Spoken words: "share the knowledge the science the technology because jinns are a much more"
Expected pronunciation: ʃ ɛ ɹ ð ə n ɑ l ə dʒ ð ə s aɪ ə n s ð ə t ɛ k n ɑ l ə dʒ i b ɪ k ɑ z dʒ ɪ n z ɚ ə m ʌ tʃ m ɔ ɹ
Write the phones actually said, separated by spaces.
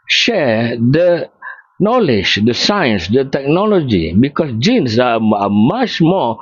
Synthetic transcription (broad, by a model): ʃ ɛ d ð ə n ɑ l ə dʒ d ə s aɪ ə n s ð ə t ɛ k n ɑ l ə dʒ i b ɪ k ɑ s dʒ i n s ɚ ə m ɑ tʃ m ɔ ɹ